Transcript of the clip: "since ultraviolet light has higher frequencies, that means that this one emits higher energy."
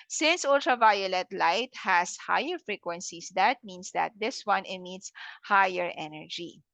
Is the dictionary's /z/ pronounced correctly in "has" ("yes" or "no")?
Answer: no